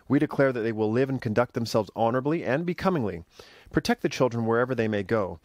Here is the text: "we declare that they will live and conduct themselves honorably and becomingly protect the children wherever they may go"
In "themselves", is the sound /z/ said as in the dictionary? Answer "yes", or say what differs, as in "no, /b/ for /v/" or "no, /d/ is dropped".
yes